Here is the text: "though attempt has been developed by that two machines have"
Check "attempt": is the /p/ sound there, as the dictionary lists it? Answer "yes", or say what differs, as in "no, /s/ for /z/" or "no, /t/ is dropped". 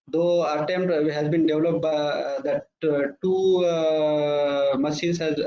no, /p/ is dropped